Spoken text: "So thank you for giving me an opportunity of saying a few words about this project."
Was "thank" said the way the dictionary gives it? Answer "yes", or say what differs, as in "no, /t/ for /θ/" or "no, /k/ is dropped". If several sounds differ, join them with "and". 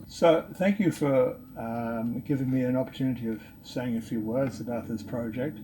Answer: yes